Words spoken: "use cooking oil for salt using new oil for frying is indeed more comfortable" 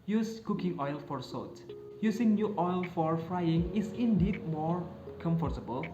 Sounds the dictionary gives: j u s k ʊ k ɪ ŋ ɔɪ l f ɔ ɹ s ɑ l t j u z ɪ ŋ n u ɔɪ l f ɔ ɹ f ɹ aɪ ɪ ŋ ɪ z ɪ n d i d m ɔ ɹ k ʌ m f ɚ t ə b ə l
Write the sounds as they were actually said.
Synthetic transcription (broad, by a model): j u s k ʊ k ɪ ŋ ɔɪ l f ɔ ɹ s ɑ t j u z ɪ ŋ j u ɔɪ l f ɔ ɹ f ɹ aɪ ɪ ŋ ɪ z ɪ n d i d m ɔ ɹ k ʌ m f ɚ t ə b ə l